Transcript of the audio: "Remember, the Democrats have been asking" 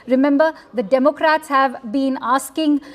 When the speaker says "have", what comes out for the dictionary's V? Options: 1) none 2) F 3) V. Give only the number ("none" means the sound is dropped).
3